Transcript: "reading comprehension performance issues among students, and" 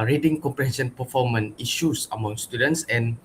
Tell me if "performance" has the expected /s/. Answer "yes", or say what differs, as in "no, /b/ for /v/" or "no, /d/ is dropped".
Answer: no, /s/ is dropped